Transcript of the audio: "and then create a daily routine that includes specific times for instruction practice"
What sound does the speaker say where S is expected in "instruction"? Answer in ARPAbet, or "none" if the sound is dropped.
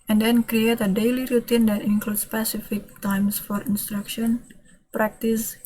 S